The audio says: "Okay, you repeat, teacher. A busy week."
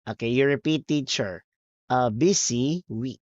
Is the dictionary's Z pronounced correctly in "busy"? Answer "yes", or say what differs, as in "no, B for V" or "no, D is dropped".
no, S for Z